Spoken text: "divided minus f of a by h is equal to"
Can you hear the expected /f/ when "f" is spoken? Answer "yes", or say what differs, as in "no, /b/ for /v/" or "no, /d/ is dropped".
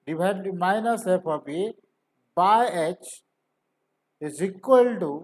no, /p/ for /f/